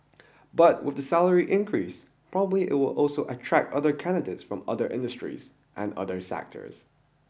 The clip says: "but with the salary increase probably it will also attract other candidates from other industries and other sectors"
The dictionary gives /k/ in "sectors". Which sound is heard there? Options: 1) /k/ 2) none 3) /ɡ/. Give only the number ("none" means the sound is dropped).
1